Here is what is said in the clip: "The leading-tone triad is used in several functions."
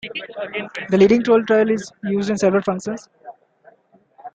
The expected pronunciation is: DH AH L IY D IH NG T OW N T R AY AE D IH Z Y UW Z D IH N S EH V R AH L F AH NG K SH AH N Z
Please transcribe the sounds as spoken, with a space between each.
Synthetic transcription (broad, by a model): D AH L IY D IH NG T OW L T R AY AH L IH Z Y UW Z D IH N S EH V R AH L F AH NG K SH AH N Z